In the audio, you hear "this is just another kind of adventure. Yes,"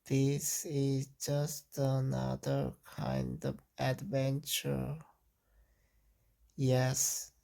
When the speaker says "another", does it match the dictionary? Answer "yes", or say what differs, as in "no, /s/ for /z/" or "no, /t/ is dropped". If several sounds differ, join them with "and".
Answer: yes